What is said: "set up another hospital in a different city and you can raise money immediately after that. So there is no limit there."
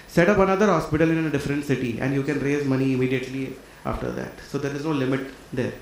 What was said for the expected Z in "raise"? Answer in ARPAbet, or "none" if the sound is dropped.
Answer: Z